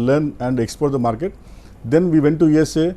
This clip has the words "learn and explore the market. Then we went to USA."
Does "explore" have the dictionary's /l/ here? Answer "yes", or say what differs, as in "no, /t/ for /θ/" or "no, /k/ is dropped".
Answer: no, /l/ is dropped